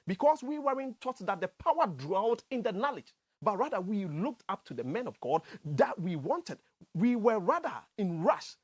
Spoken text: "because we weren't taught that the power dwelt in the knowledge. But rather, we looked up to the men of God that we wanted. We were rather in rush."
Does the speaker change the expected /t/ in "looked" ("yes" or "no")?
no